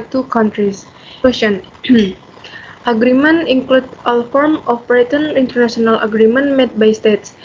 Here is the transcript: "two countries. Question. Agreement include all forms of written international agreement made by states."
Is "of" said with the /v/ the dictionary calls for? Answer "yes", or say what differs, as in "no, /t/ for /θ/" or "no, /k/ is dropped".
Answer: no, /p/ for /v/